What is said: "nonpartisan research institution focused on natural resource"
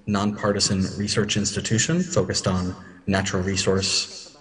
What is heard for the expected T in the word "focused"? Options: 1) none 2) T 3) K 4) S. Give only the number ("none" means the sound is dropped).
2